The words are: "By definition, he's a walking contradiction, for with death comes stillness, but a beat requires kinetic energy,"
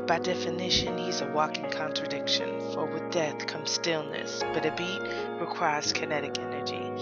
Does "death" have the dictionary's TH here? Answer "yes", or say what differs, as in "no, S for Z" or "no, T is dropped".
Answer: yes